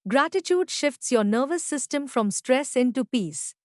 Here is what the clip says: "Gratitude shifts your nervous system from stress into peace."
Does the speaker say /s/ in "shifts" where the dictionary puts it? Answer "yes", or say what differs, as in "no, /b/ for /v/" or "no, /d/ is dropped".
yes